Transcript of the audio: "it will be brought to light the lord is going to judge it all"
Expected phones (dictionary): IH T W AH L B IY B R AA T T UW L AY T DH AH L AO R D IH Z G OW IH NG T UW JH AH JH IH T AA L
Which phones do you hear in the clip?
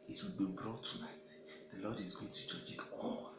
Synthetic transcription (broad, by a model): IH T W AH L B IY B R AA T T UW N AY T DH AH L AO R D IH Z G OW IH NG T UW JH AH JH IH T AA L